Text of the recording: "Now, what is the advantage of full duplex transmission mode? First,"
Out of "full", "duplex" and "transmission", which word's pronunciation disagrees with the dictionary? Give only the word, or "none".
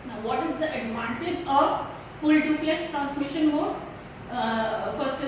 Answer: duplex